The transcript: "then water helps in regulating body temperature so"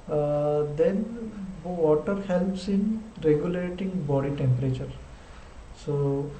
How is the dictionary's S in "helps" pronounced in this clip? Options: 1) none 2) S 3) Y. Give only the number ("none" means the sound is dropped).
2